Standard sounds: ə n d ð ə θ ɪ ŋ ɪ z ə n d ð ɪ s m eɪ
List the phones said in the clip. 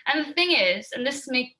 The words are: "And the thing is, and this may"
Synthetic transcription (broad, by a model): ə n ð ə θ ɪ ŋ ɪ z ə n ð ɪ s m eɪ